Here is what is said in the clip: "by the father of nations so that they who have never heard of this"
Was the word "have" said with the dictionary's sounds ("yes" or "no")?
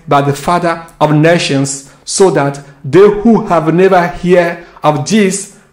yes